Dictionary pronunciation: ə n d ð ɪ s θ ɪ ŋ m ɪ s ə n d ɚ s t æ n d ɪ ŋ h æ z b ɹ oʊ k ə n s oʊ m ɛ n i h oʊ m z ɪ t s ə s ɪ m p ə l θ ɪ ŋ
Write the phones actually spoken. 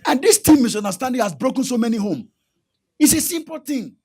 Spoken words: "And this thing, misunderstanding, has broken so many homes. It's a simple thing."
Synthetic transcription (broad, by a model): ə n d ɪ s t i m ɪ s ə n d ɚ s t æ n d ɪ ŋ h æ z b ɹ oʊ k ə n s oʊ m ɛ n i h oʊ m ɪ t s ə s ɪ m p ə l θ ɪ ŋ